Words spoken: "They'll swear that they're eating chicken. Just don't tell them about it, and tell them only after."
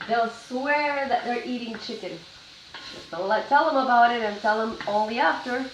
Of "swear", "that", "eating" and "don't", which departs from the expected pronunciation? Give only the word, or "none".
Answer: don't